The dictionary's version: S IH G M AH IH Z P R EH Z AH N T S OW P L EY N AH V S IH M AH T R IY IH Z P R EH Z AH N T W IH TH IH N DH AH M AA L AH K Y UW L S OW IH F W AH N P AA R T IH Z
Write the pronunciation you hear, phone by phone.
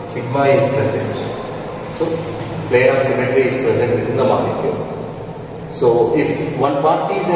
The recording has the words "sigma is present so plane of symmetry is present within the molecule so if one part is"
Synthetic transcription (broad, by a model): S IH G M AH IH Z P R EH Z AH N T S OW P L EY AH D S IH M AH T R IY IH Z P R EH Z AH N T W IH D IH N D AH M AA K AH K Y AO S OW IH F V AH N P AA R T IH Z